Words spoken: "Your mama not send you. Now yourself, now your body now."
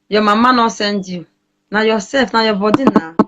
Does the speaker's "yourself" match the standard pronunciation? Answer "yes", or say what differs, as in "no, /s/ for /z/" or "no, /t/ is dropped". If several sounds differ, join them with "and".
no, /l/ is dropped